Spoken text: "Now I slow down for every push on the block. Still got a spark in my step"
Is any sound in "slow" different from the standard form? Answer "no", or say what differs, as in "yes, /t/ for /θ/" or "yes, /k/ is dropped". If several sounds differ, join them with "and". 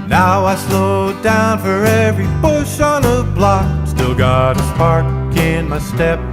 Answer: no